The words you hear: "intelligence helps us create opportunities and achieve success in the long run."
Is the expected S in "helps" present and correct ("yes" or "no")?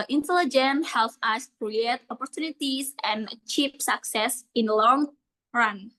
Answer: no